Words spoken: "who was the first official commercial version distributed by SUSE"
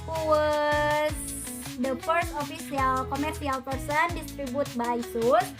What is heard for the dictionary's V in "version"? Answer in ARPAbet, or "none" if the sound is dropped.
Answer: P